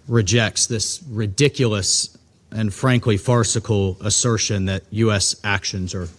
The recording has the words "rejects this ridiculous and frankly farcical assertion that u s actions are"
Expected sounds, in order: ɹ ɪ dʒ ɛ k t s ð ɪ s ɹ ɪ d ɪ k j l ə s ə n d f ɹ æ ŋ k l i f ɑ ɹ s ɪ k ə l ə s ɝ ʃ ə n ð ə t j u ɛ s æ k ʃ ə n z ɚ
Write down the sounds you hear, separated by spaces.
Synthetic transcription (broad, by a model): ɹ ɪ dʒ ɛ k t s ð ɪ s ɹ ɪ d ɪ k j l ə s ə n f ɹ æ ŋ k l i f ɑ ɹ s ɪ k l ə s ɝ ʃ ə n ð ə t j u ɛ s æ k ʃ ə n z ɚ